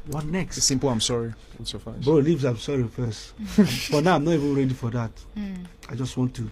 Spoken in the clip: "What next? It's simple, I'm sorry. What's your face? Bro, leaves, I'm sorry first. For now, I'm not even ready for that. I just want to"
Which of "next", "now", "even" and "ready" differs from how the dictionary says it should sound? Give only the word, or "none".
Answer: none